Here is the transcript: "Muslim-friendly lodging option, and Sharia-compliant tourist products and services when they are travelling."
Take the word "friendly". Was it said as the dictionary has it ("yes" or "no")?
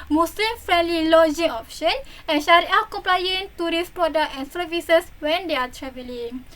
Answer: yes